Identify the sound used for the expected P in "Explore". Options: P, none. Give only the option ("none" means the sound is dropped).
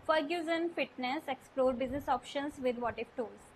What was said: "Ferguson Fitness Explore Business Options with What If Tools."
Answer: P